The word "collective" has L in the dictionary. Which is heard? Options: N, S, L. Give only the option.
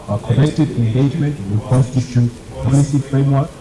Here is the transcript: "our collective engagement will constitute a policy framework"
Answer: N